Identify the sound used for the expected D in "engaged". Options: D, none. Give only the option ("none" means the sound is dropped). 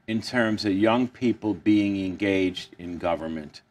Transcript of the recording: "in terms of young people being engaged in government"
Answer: D